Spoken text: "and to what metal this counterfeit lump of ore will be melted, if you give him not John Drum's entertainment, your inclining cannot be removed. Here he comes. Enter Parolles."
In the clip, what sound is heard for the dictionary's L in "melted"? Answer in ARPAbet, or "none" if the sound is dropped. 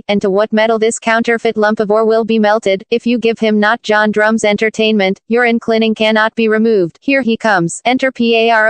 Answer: L